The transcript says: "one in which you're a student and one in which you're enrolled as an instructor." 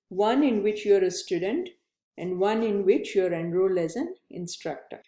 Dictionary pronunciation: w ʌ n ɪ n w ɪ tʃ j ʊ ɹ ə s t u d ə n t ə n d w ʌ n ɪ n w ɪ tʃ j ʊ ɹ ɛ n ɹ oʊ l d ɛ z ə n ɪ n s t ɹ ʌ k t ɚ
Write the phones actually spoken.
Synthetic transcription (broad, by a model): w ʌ n ɪ n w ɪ tʃ j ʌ ɹ ə s t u d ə n t ə n d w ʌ n ɪ n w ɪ tʃ j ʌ ɹ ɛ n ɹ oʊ l ɛ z ə n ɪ n s t ɹ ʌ k t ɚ